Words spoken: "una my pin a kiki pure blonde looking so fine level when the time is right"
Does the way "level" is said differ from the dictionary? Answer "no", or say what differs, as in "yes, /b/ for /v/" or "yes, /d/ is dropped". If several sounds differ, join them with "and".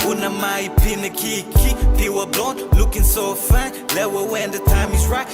yes, /w/ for /v/